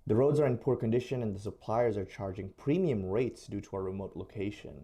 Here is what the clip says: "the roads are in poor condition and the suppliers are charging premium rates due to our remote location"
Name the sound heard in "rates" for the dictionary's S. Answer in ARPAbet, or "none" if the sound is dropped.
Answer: S